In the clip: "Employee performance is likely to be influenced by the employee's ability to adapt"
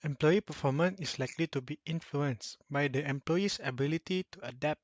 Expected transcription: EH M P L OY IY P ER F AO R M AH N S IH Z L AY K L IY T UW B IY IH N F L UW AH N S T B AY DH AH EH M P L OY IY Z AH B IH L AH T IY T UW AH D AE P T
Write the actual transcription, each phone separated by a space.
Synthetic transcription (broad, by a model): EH M P L OY IY P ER F AO M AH N IH S L AY K L IY T UW B IY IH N F L UW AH N S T B AY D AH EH M P L OY IY S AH B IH L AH T IY T UW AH D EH P T